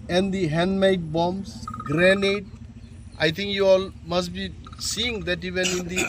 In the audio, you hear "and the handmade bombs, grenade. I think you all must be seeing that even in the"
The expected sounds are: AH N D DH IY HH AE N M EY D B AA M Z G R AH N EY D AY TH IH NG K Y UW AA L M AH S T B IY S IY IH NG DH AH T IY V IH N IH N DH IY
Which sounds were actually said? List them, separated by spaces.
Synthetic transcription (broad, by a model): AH N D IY HH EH N M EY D B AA M S G R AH N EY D AY T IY NG K Y UW AA L M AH S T B IY S IY IH NG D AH T IY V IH N IH N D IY